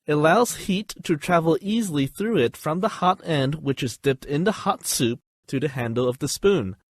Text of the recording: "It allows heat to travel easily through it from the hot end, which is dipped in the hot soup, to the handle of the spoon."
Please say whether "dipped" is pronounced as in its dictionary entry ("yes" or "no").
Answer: yes